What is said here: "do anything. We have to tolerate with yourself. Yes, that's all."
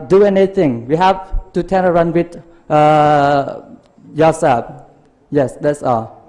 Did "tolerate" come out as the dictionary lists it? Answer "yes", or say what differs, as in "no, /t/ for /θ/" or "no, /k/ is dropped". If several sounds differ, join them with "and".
no, /n/ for /l/